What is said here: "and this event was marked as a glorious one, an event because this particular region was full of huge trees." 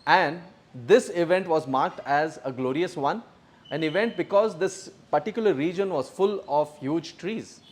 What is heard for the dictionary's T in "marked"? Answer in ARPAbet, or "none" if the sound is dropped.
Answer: T